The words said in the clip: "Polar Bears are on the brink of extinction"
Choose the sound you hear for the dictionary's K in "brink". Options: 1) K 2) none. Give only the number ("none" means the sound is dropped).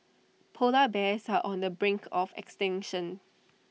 1